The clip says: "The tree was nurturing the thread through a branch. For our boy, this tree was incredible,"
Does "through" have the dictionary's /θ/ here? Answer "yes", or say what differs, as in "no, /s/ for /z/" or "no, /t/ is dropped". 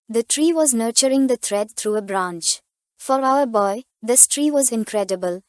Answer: no, /t/ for /θ/